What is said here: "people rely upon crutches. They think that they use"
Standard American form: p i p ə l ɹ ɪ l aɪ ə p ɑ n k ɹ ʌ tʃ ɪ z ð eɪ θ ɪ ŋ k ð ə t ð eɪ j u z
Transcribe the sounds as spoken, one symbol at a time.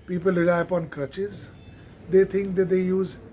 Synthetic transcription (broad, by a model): p i p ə l ɹ ɪ l aɪ ə p ɑ n k ɹ ʌ tʃ ɪ z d eɪ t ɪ ŋ k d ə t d eɪ j u z